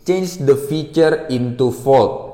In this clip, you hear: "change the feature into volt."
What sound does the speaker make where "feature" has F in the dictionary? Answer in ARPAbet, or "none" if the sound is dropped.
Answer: F